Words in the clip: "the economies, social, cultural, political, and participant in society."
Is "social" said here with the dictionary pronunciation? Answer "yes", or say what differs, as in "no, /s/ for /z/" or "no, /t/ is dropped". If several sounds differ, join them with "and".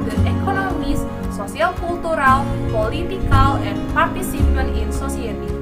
no, /s/ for /ʃ/